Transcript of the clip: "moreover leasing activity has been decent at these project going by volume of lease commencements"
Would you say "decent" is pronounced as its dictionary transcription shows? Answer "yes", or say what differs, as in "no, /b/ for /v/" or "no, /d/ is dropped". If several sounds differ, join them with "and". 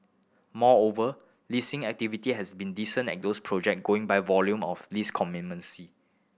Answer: no, /t/ is dropped